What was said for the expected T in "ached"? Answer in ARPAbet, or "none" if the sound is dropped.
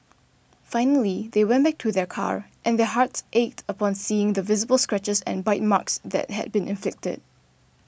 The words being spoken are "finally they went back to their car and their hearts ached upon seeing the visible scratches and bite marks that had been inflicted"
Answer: T